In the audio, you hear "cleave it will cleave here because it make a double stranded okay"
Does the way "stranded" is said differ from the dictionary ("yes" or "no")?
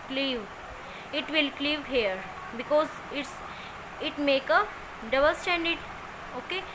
yes